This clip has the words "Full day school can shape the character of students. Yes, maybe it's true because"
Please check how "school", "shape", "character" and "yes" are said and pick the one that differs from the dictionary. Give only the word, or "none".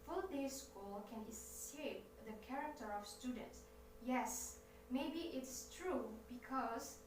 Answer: shape